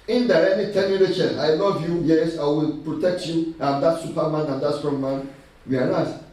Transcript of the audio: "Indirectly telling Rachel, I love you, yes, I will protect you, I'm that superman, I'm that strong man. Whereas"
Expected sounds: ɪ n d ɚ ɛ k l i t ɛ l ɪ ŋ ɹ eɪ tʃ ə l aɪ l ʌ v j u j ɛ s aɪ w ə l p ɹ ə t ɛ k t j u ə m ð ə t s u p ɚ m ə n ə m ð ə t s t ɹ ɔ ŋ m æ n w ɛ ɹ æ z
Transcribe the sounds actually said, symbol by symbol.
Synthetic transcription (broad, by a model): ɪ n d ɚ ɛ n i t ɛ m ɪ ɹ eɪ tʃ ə n aɪ n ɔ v j u j ɛ s aɪ w ə l p ɹ ə t ɛ k t j u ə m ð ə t s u p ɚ m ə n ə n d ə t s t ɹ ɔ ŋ m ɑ n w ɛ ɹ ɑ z